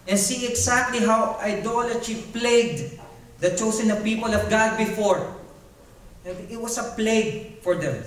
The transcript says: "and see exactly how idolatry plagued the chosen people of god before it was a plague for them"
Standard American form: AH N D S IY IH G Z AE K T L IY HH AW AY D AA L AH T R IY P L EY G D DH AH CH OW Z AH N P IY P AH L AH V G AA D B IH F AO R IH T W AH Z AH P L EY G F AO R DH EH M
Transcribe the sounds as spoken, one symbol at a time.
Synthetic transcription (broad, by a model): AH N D S IY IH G S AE K T L IY HH AW AY D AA L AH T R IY P L EY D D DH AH CH OW S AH N P IY P AH L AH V G AA D B IH F AO R IH T W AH S AH P L EY G F AO R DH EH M